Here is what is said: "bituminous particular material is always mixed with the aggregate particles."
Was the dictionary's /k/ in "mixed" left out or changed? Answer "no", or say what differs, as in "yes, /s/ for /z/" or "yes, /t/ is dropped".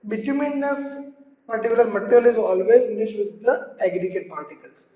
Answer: yes, /k/ is dropped